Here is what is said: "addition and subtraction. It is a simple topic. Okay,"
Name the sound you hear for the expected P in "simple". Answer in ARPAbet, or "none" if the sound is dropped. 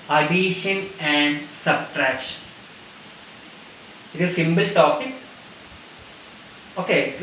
B